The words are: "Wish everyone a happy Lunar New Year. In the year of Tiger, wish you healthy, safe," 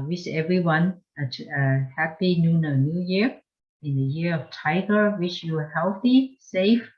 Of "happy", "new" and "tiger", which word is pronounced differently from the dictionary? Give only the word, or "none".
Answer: none